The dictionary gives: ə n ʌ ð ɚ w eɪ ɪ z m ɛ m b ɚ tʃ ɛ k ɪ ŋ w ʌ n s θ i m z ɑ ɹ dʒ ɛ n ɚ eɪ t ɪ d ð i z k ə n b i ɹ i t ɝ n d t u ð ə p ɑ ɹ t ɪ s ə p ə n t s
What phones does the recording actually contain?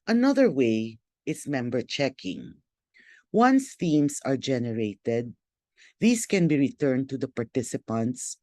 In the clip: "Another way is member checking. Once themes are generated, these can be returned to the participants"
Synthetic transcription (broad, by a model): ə n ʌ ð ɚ w eɪ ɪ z m ɛ m b ɚ tʃ ɛ k ɪ ŋ w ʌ n s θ i m s ɑ ɹ dʒ ɛ n ɚ eɪ t ɪ d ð i s k ə n b i ɹ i t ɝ n t u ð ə p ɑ ɹ t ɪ s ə p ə n t s